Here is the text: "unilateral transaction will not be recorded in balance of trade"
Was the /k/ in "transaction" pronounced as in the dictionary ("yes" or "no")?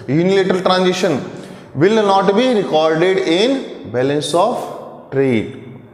no